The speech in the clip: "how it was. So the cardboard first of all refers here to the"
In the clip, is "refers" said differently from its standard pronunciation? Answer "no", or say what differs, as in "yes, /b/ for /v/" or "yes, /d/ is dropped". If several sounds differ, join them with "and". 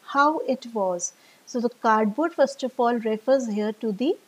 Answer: no